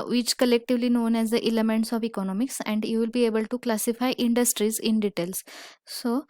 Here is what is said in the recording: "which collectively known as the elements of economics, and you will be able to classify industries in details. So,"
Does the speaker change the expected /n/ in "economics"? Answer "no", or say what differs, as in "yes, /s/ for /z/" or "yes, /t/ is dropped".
no